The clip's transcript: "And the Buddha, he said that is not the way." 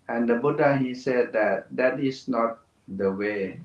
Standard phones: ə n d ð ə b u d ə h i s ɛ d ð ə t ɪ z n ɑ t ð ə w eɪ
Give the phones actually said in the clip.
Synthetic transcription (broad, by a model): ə n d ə b u d ə h i s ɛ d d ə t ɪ s n ɑ t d ə w eɪ